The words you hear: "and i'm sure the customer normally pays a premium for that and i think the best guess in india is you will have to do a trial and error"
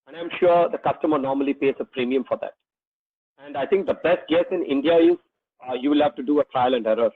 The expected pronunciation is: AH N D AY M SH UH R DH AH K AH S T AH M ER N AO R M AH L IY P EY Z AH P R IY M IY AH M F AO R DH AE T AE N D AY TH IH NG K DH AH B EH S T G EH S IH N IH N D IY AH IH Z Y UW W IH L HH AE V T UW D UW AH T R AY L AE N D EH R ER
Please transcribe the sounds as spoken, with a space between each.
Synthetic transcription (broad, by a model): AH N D AY M SH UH R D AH K AH S T AH M ER N AO R M AH L IY P EY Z AH P R IY M IY AH M F AO R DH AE T AE N D AY T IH NG K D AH B EH S T G EH S IH N IH N D IY AH IH Z Y UW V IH L HH AE V T UW D UW AH T R AY L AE N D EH R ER